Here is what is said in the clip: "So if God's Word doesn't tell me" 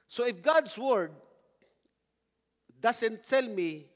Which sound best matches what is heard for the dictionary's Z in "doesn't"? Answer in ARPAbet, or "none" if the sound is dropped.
S